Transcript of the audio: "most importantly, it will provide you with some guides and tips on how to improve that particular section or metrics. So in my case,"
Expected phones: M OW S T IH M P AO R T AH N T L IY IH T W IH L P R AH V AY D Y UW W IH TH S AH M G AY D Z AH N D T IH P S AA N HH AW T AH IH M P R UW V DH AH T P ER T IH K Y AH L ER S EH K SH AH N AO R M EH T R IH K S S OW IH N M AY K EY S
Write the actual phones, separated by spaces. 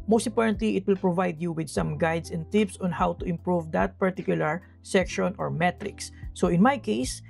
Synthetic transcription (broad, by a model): M OW S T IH P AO R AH N T L IY IH T W IH L P R AH V AY D Y UW W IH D S AH M G AY D S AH N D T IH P S AA N HH AW T AH IH M P R UW V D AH T P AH T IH K Y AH L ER S EH K SH AH N AO R M EH T R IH K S S OW IH N M AY K EY S